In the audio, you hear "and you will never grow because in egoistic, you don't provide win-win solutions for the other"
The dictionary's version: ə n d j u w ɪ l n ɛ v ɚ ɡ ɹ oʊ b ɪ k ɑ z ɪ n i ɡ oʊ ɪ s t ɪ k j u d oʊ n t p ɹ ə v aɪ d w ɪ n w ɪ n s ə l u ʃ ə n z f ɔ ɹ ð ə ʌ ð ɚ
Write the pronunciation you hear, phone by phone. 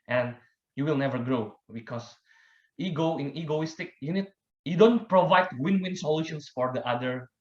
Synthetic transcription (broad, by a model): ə n d j u w ɪ l n ɛ v ɚ ɡ ɹ oʊ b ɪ k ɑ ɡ ɪ n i ɡ oʊ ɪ s t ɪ k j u d oʊ n t p ɹ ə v aɪ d w ɪ n w ɪ n s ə l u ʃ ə n s f ɔ ɹ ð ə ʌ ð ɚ